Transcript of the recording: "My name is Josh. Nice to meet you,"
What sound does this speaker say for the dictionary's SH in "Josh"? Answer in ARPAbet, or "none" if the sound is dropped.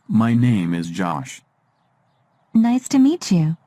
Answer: SH